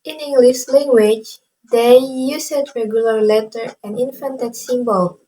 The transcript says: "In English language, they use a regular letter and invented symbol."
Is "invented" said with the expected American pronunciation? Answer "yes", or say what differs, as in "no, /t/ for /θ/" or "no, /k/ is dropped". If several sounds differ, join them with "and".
no, /f/ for /v/